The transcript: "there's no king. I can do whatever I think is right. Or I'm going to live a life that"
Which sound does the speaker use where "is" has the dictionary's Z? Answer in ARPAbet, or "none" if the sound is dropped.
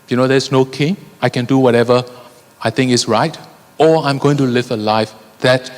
S